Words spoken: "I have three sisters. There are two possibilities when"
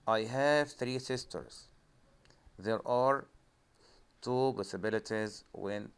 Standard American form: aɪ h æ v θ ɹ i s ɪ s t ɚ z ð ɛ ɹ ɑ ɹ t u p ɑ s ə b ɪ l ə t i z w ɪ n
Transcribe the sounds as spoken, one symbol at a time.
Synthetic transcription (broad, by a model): aɪ h æ v θ ɹ i s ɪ s t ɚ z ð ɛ ɹ ɑ ɹ t u b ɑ s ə b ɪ l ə t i z w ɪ n